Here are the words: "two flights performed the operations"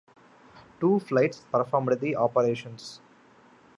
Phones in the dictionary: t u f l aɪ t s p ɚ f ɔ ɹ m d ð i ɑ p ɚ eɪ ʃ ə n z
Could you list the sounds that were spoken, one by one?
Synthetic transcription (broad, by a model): t u f l aɪ t s p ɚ f ɔ ɹ m d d i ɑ p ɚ eɪ ʃ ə n s